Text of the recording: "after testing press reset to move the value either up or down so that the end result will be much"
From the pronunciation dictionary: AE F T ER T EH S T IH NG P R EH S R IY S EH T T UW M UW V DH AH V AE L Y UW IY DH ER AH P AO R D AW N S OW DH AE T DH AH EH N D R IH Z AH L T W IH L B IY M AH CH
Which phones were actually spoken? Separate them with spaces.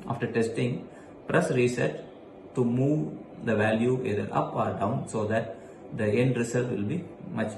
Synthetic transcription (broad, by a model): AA F T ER T EH S T IH NG P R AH S R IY S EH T T UW M UW V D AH V AE L Y UW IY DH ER AH P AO R D AW N S OW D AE T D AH EH N D R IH S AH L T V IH L B IY M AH CH